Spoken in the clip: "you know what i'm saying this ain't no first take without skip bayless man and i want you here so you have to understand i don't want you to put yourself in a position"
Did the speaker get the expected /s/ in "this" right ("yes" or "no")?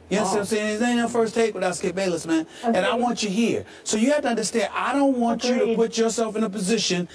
no